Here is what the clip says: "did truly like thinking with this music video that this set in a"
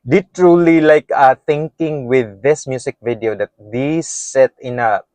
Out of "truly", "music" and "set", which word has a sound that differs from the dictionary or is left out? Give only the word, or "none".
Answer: music